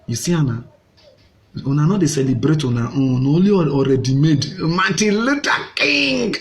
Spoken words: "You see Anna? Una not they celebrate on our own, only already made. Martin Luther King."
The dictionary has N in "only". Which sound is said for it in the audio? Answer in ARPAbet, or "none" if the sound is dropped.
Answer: none